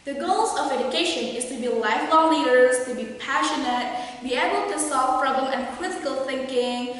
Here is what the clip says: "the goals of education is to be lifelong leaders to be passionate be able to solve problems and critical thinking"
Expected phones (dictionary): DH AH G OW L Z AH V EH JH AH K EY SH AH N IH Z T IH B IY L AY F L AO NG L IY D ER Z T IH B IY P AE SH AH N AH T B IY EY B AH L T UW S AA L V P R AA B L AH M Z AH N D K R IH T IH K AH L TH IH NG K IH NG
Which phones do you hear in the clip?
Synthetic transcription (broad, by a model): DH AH G OW L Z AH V EH JH AH K EY SH AH N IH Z T IH B IY L AY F L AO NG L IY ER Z T IH B IY P AE SH AH N AH T B IY EY B AH L T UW S AA L V P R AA B L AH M AH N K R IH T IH K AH L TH IH NG K IH NG